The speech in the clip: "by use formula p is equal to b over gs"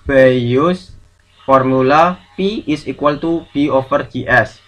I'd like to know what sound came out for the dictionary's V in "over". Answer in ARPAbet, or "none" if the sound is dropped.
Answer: F